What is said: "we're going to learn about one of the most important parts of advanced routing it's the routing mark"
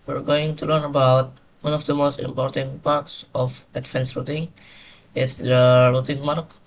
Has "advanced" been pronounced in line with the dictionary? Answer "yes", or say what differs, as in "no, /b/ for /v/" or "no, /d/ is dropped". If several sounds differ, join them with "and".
no, /f/ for /v/